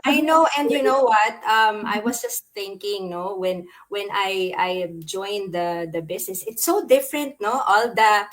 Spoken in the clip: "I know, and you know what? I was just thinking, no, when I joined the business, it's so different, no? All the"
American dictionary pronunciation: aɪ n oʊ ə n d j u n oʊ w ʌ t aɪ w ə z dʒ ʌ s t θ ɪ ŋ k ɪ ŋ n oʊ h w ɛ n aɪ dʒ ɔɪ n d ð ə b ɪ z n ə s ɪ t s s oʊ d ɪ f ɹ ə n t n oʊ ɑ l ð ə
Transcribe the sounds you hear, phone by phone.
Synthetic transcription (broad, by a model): aɪ n oʊ ə n d j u n oʊ w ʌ t aɪ w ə s dʒ ʌ s t θ ɪ ŋ k ɪ ŋ n oʊ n w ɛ n aɪ dʒ ɔɪ n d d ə b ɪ s n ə s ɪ t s s oʊ d ɪ f ɹ ə n t n oʊ ɑ l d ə